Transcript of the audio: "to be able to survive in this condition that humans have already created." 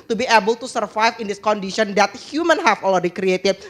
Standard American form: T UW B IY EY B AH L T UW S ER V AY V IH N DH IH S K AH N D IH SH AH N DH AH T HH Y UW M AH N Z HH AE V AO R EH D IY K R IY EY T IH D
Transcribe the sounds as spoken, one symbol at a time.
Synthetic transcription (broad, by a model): T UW B IY EY B AH L T UW S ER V AY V IH N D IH S K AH N D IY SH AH N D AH T HH Y UW M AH N HH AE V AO L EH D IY K R IY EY T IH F